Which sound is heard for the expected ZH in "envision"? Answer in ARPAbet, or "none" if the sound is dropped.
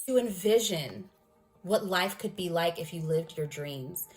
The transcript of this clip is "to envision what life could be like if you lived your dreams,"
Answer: ZH